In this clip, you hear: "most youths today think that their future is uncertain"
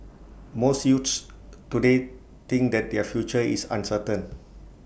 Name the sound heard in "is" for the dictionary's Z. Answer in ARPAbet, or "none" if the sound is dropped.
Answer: S